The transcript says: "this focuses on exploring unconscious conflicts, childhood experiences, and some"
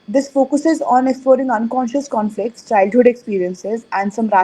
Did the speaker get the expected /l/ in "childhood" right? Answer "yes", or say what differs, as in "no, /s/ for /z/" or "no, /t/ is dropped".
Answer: yes